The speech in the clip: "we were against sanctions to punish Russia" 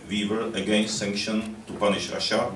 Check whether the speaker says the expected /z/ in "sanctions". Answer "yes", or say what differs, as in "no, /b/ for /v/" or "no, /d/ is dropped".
no, /z/ is dropped